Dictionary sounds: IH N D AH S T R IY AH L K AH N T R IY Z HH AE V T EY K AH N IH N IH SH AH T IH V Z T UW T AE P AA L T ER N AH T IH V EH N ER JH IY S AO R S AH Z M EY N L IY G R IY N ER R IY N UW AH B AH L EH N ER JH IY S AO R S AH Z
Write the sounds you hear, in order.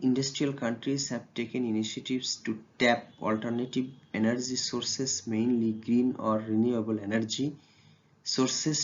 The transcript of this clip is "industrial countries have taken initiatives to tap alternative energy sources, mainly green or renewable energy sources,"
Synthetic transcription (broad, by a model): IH N D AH S T R IY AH L K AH N T R IY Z HH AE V T EY K AH N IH N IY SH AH T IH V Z T UW T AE P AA L T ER N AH T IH B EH N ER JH IY S AO R S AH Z M EY N L IY G R IY N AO R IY N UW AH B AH L EH N ER JH IY S AO R S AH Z